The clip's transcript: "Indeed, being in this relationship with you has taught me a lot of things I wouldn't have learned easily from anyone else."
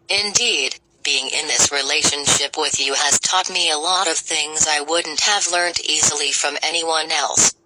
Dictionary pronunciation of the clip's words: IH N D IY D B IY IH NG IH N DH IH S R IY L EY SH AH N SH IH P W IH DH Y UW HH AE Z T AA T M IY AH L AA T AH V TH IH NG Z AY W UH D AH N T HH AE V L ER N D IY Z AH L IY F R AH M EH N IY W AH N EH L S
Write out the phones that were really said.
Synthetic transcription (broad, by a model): IH N D IY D B IY IH NG IH N DH IH S R IY L EY SH AH N SH IH P W IH DH Y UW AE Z T AA T M IY AH L AA T AH V TH IH NG Z AY W UH D N T HH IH V L ER N D IY Z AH L IY F R AH M EH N IY W AH N EH L S